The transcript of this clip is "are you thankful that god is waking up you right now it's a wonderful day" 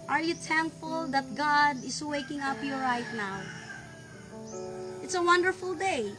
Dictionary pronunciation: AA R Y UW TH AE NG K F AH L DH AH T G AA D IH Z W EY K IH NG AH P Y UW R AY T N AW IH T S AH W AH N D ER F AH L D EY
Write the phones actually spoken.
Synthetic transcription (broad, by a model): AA R Y UW T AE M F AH L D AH T G AA D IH S W EY K IH NG AH P Y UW R AY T N AW IH T S AH W AH N D ER F AH L D EY